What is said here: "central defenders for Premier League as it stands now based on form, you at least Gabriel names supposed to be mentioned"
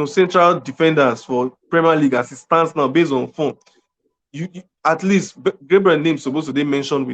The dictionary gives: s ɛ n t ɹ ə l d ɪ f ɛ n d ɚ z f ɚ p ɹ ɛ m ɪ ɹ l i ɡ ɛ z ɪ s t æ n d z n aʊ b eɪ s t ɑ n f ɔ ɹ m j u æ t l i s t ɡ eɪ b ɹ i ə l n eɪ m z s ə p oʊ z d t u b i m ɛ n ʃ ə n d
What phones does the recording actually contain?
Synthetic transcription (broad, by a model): s ɛ n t ɹ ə l d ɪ f ɛ n d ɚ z f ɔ p ɹ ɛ m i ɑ l i ɡ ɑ s ɪ s t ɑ n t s n aʊ b eɪ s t ɑ n f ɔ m j u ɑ t l i s t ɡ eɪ b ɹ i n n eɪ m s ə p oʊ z t u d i m ɛ n ʃ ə n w